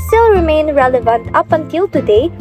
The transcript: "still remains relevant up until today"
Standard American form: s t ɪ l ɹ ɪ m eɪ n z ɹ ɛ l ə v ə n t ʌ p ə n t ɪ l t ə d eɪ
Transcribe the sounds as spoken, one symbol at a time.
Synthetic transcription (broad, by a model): s t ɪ l ɹ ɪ m eɪ n ɹ ɛ l ə v ə n t ʌ p ə n t ɪ l t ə d eɪ